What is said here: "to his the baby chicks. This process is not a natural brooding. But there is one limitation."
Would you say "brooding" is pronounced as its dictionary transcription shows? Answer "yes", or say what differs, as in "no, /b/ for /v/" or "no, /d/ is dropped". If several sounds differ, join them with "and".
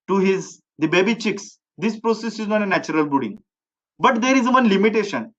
no, /ɹ/ is dropped